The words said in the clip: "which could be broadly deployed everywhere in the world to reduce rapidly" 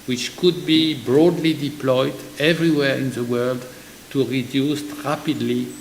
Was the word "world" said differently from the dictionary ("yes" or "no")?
no